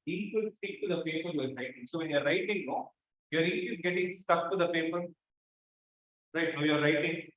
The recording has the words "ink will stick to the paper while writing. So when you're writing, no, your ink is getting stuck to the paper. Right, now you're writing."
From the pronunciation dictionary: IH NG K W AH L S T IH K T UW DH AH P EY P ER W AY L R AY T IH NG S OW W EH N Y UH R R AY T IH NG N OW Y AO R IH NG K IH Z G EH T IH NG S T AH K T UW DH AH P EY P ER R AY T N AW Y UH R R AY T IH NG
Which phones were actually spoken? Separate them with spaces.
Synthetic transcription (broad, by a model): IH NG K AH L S S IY K T UW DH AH P EY P ER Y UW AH R AY T IH NG S OW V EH N Y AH R R AY T IH NG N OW Y AO R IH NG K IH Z G EH T IH NG S T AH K T UW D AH P EY P ER R AY T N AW Y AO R R AY T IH NG